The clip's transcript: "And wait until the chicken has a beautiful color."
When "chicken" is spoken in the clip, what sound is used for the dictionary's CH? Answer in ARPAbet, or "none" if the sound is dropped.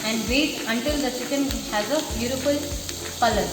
S